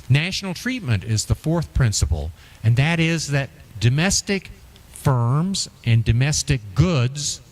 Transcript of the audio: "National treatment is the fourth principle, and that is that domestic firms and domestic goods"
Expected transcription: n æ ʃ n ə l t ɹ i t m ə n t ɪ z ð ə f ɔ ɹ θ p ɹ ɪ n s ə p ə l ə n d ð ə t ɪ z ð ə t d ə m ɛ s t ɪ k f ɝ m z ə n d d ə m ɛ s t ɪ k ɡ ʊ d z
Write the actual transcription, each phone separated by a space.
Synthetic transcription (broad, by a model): n æ ʃ n l t ɹ i t m ə n t ɪ z ð ə f ɔ ɹ θ p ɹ ɪ n s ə p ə l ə n ð ə t ɪ z ð ə t d ə m ɛ s t ɪ k f ɝ m z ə n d d ə m ɛ s t ɪ k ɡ ʊ d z